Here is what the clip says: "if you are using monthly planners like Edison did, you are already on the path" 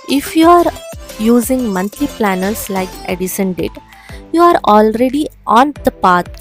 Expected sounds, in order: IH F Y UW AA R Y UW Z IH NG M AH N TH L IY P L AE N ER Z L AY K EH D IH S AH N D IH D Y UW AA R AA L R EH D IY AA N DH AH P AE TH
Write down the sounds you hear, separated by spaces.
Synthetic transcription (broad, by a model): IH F Y UW AA R Y UW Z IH NG M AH N T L IY P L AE N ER S L AY K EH D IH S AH N D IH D Y UW AA R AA L R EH D IY AA N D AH P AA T